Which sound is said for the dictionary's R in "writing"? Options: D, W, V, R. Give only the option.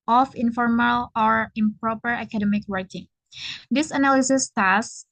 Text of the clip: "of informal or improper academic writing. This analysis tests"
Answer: W